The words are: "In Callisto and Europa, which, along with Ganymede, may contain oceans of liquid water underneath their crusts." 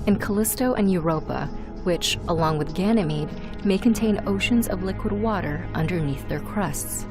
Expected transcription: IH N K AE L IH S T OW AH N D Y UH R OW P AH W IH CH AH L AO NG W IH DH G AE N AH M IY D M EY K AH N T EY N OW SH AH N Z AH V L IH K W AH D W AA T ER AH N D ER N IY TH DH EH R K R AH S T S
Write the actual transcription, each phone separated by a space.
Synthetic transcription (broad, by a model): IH N K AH L IH S T OW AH N Y UH R OW P AH W IH CH AH L AO NG W IH DH G AE N AH M IY D M EY K AH N T EY N OW SH AH N Z AH V L IH K W AH D W AA T ER AH N D ER N IY TH DH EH R K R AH S T S